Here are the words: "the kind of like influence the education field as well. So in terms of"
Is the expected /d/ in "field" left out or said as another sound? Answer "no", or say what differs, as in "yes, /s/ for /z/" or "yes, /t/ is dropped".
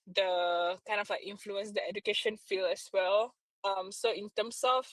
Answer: yes, /d/ is dropped